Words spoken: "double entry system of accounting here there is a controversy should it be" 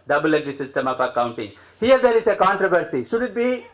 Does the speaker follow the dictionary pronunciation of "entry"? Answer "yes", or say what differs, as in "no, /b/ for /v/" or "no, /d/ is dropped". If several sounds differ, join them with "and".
no, /n/ is dropped